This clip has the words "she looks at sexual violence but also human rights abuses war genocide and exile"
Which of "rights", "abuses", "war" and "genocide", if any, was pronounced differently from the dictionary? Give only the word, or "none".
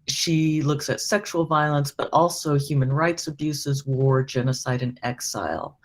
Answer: none